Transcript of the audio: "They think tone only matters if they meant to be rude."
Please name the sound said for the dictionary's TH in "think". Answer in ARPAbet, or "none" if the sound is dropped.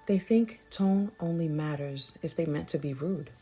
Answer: TH